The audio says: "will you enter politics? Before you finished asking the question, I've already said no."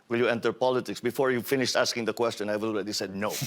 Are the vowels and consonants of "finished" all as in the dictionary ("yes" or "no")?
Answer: yes